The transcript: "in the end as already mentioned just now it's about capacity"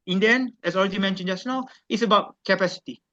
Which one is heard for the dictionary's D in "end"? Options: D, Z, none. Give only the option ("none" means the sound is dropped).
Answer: none